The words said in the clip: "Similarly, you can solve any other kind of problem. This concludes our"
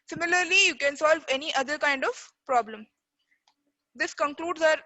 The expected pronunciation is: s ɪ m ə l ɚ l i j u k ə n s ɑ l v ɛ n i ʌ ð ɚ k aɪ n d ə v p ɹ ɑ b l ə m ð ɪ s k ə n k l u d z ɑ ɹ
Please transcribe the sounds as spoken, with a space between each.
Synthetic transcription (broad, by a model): s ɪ m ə l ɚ l i j u k ə n s ɑ l v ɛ n i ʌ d ɚ k aɪ n d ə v p ɹ ɑ b l ə m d ɪ s k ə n k l u d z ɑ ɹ